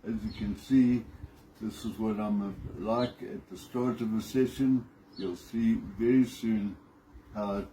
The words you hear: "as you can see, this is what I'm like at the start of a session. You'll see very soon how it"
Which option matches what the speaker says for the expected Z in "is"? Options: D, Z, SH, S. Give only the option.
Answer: Z